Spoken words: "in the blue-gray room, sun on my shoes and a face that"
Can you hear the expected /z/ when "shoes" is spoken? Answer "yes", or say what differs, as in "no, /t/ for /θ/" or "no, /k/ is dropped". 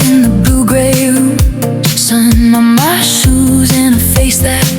yes